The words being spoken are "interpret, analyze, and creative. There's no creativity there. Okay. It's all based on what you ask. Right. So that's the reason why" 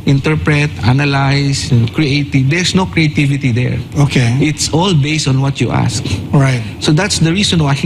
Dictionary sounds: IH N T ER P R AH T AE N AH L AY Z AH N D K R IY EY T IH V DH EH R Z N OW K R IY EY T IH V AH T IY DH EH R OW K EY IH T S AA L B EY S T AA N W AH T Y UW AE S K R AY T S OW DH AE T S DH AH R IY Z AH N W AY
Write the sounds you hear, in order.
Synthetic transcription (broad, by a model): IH N T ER P R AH T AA N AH L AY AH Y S K R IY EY T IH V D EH R S N OW K R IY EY T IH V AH T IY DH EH R OW K EY IH T S AA L B EY S T AA N W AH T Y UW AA S K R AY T S OW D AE T S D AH R IY S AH N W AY